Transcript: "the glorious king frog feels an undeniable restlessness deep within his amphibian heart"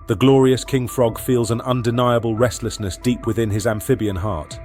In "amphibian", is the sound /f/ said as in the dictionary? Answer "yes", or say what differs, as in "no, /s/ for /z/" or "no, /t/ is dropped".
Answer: yes